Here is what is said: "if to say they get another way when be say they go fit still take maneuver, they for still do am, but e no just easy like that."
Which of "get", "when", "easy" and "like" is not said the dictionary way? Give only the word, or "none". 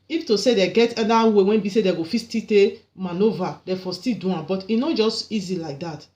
none